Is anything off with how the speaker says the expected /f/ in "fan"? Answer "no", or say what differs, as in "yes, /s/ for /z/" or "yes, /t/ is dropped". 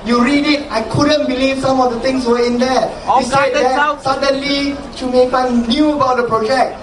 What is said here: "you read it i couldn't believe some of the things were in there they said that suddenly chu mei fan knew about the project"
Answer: yes, /p/ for /f/